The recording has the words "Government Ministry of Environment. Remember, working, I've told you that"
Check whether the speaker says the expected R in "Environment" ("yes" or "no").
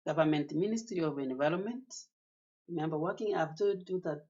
no